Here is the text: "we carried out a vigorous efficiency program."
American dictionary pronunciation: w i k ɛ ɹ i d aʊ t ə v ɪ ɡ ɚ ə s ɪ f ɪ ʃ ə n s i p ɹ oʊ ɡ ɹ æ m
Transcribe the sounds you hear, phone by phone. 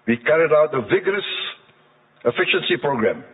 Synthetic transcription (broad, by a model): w i k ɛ ɹ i d aʊ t ə v ɪ ɡ ɚ ə s ɪ f ɪ ʃ ə n s i p ɹ oʊ ɡ ɹ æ m